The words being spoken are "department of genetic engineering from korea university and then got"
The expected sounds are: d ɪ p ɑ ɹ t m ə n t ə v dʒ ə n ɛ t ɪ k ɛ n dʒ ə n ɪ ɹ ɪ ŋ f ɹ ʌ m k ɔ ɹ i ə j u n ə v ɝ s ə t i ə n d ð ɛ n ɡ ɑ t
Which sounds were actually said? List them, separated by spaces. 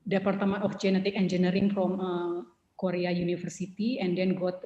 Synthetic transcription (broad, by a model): d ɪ p ɑ ɹ t m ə n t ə f dʒ ə n ɛ t ɪ k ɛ n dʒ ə n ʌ ɹ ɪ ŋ f ɹ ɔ m k ɔ ɹ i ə j u n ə f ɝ s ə t i ə n d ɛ n ɡ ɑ t